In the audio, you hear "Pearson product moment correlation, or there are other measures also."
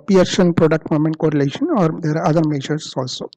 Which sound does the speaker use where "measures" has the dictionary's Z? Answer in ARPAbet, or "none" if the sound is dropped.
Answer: S